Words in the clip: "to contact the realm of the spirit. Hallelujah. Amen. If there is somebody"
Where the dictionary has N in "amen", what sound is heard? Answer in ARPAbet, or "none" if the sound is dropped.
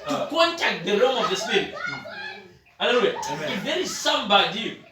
none